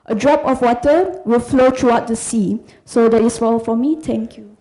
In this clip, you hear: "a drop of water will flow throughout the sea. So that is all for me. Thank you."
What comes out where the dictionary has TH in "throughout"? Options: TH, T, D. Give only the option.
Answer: T